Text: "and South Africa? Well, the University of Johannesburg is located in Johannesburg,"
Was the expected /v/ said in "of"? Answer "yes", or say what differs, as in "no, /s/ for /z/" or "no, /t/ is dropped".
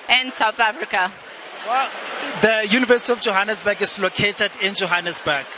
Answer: no, /f/ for /v/